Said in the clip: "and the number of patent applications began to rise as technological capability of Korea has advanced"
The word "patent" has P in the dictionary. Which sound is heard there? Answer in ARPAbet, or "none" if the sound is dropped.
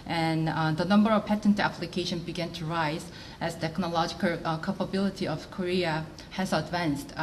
P